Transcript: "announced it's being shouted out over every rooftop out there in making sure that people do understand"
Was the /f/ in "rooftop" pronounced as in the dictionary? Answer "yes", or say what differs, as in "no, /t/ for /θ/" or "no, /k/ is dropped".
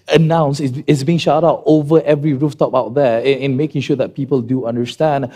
yes